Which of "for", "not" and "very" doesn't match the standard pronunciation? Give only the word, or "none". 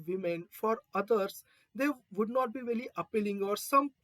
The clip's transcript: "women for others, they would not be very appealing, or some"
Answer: very